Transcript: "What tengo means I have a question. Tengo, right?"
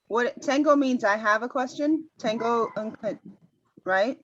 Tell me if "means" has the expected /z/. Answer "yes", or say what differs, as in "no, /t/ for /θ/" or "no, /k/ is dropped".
yes